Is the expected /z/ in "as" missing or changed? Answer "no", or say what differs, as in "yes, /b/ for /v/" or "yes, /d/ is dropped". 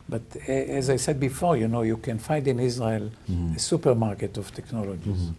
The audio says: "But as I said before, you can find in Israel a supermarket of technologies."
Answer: no